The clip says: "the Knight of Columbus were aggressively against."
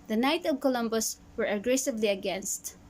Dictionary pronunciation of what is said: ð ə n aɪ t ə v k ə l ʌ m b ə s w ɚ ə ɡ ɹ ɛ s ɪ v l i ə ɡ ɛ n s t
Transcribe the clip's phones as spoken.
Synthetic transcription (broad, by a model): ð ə n aɪ t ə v k ə l ʌ m b ə s w ɚ ə ɡ ɹ ɛ s ɪ v l i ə ɡ ɛ n s t